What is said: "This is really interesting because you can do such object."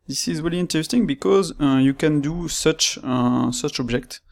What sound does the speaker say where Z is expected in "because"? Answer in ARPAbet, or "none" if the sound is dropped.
Z